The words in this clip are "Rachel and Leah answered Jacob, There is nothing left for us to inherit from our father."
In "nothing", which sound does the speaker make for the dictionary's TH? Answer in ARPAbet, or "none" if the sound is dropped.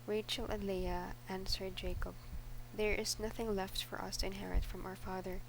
TH